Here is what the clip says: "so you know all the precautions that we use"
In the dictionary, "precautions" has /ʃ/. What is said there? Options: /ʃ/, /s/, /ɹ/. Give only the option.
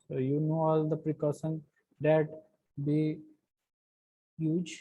/s/